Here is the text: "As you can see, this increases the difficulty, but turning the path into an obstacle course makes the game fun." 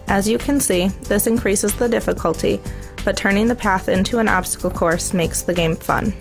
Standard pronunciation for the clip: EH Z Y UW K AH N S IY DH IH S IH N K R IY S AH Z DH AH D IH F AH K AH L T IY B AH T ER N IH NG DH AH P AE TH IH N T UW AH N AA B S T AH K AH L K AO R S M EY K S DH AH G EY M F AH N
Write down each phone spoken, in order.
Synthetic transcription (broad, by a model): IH Z Y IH K AH N S IY DH IH S IH N K R IY S AH Z DH AH D IH F AH K AH L T IY B AH T ER N IH NG DH AH P AE TH IH N T UW AH N AA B S T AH K L K AO R S M EY K S DH AH G EY M F AH N